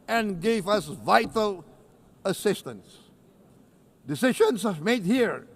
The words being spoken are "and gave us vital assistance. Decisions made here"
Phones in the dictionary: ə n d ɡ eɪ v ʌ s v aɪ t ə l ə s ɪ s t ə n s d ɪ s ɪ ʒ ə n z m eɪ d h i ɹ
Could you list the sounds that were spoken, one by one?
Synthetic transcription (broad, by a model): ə n ɡ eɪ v ʌ s v aɪ t ə l ə s ɪ s t ə n s d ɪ s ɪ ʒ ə n s m eɪ d h i ɹ